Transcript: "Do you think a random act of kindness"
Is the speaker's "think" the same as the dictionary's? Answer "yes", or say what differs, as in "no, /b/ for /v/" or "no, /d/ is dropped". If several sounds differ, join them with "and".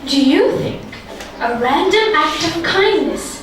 yes